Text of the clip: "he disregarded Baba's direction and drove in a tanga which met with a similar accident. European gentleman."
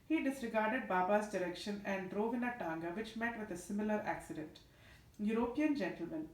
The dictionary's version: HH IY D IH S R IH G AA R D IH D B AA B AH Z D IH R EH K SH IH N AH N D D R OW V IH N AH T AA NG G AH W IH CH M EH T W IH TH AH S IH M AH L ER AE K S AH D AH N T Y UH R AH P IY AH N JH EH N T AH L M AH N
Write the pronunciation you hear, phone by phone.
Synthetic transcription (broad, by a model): HH IY D IH S R IH G AA R D IH D B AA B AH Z D IH R EH K SH IH N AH N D D R OW V IH N AH T AA NG G AH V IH CH M EH T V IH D AH S IH M AH L ER AE K S AH D AH N T Y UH R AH P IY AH N JH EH N T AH L M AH N